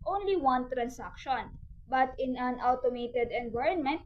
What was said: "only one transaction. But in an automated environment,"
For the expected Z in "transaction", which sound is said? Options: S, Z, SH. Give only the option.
S